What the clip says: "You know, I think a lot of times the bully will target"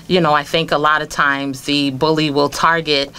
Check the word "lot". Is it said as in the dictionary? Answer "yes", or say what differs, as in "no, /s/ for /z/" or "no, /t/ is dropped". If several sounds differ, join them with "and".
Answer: yes